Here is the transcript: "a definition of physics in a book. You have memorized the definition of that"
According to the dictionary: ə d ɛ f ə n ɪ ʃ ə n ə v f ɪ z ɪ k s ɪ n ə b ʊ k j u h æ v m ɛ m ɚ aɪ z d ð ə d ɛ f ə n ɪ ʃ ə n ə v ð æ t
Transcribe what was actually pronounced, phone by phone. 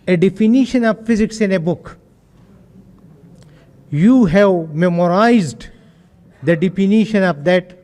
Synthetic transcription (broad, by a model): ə d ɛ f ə n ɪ ʃ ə n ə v f ɪ z ɪ k s ɪ n ə b ʊ k j u h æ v m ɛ m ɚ aɪ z d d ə d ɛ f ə n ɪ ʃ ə n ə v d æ t